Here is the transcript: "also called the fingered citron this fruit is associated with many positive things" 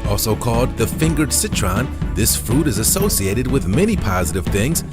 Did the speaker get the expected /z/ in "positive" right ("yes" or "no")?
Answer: yes